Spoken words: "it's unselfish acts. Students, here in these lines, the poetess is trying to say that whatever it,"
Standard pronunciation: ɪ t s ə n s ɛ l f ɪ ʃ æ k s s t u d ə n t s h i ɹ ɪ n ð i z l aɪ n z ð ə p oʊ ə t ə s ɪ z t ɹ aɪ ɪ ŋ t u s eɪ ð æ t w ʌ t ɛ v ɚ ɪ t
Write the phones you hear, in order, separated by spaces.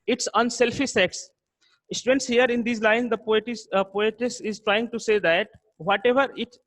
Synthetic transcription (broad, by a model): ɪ t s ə n s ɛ l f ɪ s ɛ k s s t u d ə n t s h i ɹ ɪ n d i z l aɪ n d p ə p oʊ ə t ə s ɪ z t ɹ aɪ ɪ ŋ t u s eɪ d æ t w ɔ t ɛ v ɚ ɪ t